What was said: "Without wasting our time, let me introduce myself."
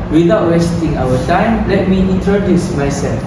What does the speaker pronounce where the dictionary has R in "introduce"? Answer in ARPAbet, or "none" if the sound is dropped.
none